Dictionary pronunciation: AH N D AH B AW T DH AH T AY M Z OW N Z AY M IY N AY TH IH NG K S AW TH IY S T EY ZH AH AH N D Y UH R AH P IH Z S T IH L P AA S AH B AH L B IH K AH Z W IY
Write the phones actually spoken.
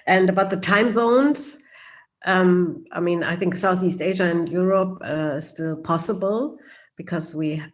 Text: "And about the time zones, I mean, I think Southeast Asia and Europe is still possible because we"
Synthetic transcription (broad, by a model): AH N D AH B AW T DH AH T AY M Z OW N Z AY M IY N AY TH IH NG K S AW TH IY S T EY ZH AH AH N D Y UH R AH P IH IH S T IH L P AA S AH B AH L B IH K AH Z W IY